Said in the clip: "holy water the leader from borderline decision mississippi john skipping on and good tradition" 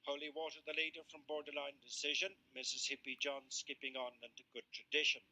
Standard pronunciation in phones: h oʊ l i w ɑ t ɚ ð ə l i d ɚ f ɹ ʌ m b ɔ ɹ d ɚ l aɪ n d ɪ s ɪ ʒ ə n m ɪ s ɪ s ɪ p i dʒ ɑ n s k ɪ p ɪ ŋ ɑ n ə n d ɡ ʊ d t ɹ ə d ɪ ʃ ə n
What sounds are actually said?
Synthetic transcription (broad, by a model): h oʊ l i w ɑ t ɚ ð ə l i d ɚ f ɹ ʌ m b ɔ ɹ d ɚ l aɪ n d ɪ s ɪ ʒ ə n m ɪ s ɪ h ɪ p i dʒ ɑ n s k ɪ p ɪ ŋ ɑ n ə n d ɡ ʊ d t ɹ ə d ɪ ʃ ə n